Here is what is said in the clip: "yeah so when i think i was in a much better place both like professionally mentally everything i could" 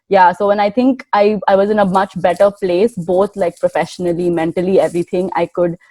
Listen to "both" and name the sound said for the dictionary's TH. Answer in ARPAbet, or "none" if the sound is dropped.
T